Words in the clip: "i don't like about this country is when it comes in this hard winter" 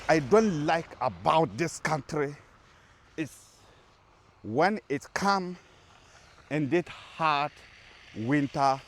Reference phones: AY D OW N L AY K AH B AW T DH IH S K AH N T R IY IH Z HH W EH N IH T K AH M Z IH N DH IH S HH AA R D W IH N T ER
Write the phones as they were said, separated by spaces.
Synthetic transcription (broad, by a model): AY D OW N L AY K AH B AW T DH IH S K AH N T R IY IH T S W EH N IH T K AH M IH N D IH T HH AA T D W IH N T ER